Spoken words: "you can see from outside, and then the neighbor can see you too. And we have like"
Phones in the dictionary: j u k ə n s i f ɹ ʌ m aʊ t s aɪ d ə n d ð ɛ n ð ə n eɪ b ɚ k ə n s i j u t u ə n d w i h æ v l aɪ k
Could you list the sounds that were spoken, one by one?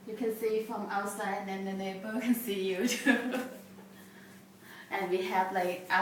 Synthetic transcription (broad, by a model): j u k ə n s i f ɹ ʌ m aʊ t s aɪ ə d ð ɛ n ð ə n eɪ b ɚ k ə n s i j u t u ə n w i h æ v l aɪ k